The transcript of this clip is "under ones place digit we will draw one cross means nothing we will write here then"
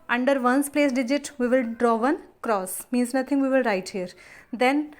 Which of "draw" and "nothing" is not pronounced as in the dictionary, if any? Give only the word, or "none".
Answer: nothing